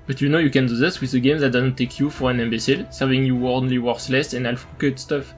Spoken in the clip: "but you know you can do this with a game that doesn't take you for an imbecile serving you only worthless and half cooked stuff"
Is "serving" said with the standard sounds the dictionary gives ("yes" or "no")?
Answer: yes